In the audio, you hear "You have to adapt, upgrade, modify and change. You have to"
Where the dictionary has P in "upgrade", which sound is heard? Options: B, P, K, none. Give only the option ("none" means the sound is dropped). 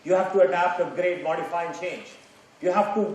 none